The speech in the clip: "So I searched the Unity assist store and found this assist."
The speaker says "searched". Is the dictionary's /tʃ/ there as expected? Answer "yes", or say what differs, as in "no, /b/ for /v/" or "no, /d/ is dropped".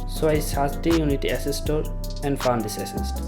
no, /s/ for /tʃ/